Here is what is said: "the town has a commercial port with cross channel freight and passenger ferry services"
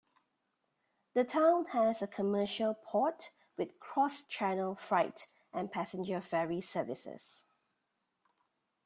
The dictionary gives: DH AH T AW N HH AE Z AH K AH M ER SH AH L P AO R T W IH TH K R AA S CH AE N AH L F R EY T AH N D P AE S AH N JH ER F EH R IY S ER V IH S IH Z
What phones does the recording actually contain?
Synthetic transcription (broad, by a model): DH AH T AW N HH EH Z AH K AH M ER SH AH L P AO T W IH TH K R AA S CH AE N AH L F R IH T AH N P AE S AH N JH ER F EH R IY S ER V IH S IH S